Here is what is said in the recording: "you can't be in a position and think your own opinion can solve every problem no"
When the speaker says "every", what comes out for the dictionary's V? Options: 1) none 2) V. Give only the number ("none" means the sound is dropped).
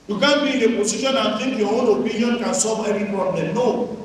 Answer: 1